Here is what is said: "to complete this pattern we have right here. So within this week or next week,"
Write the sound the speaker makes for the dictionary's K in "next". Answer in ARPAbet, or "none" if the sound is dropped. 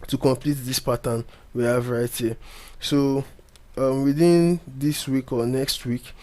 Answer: K